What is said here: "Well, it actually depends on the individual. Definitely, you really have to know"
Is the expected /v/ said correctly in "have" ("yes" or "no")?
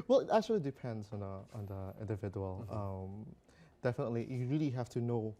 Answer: no